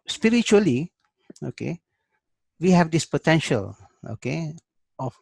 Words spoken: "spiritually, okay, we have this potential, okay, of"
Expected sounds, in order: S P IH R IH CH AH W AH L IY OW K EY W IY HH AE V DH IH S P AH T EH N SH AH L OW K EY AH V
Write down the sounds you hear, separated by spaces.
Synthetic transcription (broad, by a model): S P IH R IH CH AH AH L IY OW K EY W IY HH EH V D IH S P AH T EH N SH AH L OW K EY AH